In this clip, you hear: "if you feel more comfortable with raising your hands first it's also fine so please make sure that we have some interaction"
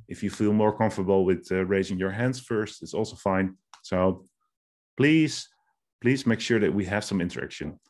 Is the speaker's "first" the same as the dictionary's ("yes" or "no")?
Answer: yes